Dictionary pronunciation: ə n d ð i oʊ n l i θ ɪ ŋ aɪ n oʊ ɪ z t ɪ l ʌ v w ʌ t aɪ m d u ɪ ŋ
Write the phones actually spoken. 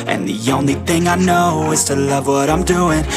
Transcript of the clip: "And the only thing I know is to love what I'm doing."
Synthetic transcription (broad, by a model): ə n ð i oʊ n l i θ ɪ ŋ aɪ n oʊ ɪ z t ɪ l ʌ v w ʌ t aɪ m d u ɪ ŋ